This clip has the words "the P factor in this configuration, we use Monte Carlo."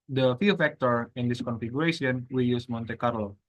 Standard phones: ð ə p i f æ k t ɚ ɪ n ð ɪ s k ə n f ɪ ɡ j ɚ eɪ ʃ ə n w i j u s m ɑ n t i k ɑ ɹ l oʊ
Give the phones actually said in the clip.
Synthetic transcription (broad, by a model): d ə f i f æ k t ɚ ɪ n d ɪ s k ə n f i ɡ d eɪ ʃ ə n w i j u s m ɑ n t i k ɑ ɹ l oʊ